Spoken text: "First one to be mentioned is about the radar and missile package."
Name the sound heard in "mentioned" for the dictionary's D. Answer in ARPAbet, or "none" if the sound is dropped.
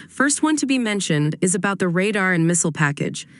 D